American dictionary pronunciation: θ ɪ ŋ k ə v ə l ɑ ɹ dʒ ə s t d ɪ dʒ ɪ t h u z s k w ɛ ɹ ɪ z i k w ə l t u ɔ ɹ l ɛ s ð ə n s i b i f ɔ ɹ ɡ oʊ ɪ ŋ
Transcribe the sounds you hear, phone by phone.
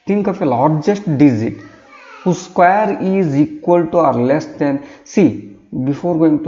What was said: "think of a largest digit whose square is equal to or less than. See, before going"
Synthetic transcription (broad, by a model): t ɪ ŋ k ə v ə l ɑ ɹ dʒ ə s t d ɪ z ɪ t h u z s k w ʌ ɹ ɪ z i k w ə l t u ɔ ɹ l ɛ s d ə n s i b i f ɔ ɹ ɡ oʊ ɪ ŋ